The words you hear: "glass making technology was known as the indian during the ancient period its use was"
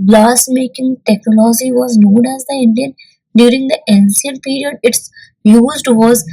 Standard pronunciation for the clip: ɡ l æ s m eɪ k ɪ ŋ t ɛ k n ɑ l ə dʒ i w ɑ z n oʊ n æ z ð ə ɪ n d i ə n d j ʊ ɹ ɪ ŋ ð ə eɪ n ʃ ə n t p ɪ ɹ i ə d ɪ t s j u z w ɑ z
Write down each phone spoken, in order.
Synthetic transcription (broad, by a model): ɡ l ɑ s m eɪ k ɪ ŋ t ɛ k n ɑ l ə dʒ i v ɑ z n oʊ n æ z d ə ɪ n d i ə n d j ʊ ɹ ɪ ŋ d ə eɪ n s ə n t p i ɹ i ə d ɪ t s j u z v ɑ z